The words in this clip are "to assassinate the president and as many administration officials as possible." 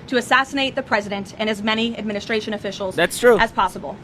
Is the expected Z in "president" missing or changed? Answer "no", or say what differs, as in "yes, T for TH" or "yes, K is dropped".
no